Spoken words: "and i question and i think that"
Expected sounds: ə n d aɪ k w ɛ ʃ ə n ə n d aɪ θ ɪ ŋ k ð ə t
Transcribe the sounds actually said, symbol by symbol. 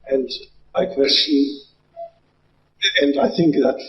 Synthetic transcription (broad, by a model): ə n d aɪ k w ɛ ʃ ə ə n d aɪ θ ɪ ŋ k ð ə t